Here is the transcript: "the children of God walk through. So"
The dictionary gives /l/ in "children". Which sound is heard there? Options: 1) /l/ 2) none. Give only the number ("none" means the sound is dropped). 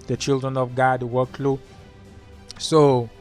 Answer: 1